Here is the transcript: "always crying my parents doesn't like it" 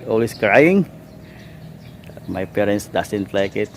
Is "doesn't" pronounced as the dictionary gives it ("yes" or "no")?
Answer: no